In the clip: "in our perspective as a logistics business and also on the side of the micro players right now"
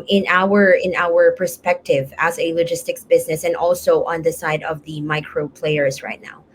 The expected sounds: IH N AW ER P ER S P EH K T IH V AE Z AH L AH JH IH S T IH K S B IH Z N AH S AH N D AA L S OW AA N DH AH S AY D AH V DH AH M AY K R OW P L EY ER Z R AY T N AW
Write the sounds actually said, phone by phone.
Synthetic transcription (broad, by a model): IH N AW ER P ER S P EH K T IH V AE Z AH L AH JH IH S T IH K S B IH Z N AH S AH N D AA L S OW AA N DH AH S AY D AH V DH AH M AY K R OW P L EY ER Z R AY T N AW